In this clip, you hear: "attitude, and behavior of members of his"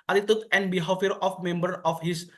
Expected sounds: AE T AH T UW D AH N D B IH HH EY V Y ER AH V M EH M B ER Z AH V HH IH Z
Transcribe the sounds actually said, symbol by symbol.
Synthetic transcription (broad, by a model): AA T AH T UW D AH N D B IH HH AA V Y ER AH F M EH M B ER AH F HH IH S